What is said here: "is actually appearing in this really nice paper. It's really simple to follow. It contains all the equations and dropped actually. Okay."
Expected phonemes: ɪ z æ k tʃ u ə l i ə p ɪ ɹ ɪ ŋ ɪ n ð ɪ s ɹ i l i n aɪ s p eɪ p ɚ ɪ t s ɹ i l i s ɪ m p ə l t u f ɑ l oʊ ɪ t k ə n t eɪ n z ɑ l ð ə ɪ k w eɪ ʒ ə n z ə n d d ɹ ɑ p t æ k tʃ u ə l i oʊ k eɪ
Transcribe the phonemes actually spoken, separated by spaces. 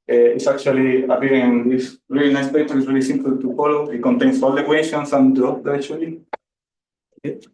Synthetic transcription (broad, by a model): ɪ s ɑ k tʃ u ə l i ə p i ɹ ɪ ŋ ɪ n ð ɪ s ɹ i l i n aɪ s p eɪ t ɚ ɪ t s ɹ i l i s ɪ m p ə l t u f ɑ l oʊ ɪ t k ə n t eɪ n s ɑ l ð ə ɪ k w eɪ ʃ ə n s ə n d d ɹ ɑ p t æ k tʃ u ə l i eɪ